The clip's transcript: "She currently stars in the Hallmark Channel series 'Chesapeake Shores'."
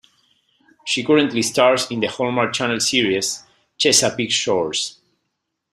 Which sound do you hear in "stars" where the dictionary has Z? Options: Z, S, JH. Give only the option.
S